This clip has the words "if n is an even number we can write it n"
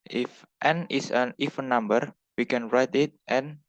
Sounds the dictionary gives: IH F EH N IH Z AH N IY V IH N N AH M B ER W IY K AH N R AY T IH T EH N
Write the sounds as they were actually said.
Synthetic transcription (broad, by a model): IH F EH N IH S AH N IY F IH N N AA M B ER W IY K AH N R AY T IH T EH N